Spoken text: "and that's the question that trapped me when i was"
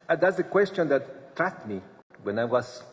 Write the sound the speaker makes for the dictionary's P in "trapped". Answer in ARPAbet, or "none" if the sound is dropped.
none